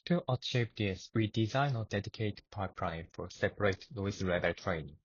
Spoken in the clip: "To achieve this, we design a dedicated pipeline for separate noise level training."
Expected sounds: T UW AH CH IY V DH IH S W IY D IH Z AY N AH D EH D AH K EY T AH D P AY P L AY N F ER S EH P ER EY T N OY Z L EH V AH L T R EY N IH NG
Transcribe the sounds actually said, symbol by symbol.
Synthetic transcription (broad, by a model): T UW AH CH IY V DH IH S W IY D IH Z AY N AH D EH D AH K EY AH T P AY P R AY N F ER S EH P ER EY T L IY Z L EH B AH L T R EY N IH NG